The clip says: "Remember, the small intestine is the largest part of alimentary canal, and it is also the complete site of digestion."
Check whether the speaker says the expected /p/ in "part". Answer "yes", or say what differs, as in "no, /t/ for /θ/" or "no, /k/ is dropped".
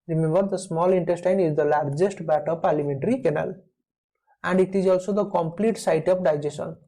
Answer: no, /b/ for /p/